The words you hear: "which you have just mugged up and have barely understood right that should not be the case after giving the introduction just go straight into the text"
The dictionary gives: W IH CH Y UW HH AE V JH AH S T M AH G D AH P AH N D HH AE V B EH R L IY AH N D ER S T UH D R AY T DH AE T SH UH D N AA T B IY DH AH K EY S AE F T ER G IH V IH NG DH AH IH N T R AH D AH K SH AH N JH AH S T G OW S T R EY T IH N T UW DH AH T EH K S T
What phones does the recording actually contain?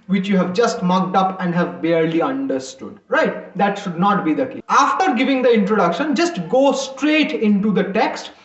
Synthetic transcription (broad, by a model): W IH CH Y UW HH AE V JH AH S T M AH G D AH P AH N D HH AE V B EH R L IY AH N D ER S T UH D R AY T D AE T SH UH D N AA T B IY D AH K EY AE F T ER G IH V IH NG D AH IH N T R AH D AH K SH AH N JH AH S T G OW S T R EY T IH N T UW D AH T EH K S T